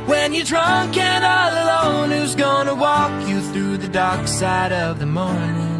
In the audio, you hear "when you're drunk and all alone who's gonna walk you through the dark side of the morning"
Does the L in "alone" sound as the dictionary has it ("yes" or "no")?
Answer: yes